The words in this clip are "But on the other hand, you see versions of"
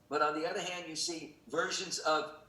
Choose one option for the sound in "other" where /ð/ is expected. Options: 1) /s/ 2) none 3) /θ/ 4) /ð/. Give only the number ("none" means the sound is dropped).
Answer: 4